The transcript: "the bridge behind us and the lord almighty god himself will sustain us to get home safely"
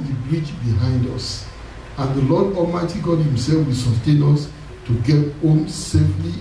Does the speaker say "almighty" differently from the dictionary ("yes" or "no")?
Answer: yes